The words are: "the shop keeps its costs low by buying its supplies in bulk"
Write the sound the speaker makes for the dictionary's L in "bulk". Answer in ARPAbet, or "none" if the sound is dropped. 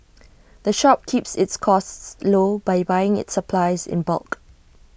L